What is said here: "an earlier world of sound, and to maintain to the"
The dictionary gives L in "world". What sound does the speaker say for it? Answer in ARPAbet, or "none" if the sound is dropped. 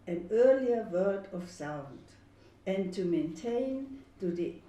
none